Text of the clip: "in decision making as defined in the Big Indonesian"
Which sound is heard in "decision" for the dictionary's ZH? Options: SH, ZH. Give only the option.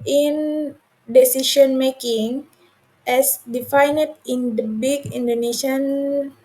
SH